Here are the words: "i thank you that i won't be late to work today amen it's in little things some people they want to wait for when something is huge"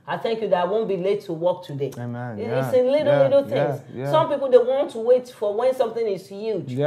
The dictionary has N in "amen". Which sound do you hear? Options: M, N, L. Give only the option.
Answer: L